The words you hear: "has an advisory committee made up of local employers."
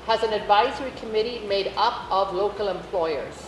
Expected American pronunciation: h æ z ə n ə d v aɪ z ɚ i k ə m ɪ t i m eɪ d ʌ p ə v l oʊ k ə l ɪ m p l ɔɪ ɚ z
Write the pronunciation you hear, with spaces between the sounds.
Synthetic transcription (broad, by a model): h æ z ə n ə d v aɪ z ɚ i k ə m ɪ t i m eɪ d ʌ p ə v l oʊ k ə l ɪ m p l ɔɪ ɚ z